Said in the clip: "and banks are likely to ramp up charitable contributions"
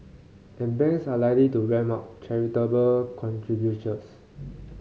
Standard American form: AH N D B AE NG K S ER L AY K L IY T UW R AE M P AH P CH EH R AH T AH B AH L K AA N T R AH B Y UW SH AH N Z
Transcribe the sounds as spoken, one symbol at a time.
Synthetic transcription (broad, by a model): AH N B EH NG S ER L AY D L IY T UW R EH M AA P CH EH R AH T AH B AH L K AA N T R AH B Y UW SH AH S